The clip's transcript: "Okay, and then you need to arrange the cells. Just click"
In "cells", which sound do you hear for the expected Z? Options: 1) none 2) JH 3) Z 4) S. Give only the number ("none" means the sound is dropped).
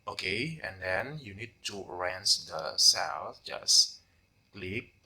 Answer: 1